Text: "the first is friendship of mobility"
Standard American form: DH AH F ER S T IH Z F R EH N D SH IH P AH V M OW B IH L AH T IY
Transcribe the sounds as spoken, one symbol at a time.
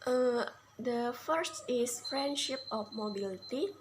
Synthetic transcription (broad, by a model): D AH F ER S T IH S F R EH N D SH IH P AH F M OW B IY L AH T IY